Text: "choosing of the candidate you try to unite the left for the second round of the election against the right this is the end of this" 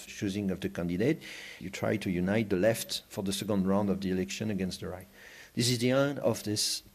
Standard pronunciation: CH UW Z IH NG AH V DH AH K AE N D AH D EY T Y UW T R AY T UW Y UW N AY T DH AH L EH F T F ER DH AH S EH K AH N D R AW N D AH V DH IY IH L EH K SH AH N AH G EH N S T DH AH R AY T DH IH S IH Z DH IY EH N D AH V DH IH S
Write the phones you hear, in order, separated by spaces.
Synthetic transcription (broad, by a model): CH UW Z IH NG AH V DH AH K AE N D AH D EY T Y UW T R AY T UW Y UW N AY T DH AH L EH F T F ER DH AH S EH K AH N D R AW N D AH V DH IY IH L EH K SH AH N AH G EH N S T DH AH R AY T DH IH S IH Z DH IY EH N AH V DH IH S